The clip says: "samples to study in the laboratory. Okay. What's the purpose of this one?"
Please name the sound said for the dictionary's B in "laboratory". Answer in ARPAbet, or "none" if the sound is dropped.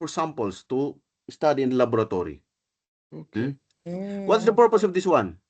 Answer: none